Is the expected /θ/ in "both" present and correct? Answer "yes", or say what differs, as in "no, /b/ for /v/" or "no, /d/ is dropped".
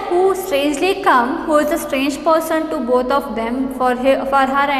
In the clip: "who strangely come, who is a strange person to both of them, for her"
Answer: no, /t/ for /θ/